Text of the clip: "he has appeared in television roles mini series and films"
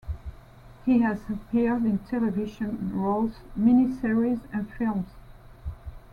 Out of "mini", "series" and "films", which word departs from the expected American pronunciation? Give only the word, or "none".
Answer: none